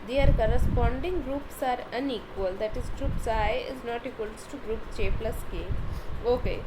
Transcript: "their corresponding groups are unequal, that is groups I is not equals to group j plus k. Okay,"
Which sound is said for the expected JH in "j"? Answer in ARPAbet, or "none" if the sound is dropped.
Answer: CH